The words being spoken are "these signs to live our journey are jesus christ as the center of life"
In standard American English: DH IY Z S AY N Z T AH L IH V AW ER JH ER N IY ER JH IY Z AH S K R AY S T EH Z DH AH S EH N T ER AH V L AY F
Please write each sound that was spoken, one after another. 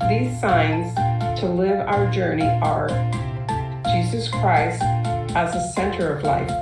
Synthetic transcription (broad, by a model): DH IY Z S AY N Z T AH L IH V AW ER JH ER N IY ER JH IY Z AH S K R AY S T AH Z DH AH S EH N T ER AH V L AY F